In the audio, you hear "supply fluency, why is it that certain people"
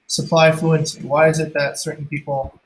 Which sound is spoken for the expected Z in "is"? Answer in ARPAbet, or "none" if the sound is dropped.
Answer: Z